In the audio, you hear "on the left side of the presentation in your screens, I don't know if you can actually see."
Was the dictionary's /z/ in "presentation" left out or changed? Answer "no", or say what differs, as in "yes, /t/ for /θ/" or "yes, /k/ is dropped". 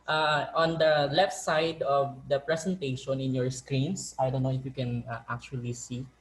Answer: yes, /s/ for /z/